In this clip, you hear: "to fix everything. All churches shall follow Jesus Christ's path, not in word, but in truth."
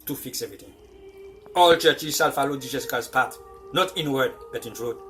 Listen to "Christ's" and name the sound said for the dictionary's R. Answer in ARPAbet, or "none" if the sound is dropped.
none